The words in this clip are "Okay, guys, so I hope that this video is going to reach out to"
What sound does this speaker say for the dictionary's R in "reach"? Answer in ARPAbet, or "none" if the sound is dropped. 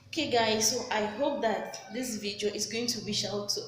W